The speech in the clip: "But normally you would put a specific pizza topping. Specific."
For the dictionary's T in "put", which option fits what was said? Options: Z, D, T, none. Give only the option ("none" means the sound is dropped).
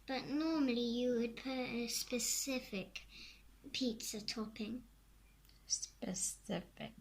none